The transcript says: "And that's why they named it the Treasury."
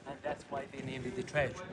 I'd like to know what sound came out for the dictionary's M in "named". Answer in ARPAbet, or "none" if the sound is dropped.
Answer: none